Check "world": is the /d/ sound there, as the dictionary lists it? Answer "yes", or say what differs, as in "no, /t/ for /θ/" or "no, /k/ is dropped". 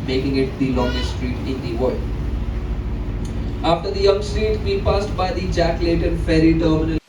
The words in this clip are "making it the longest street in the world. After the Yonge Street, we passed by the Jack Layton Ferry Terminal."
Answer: no, /d/ is dropped